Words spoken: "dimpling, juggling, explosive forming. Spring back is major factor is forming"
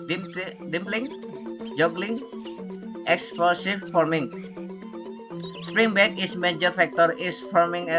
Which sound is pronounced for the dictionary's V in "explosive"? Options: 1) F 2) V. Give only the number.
1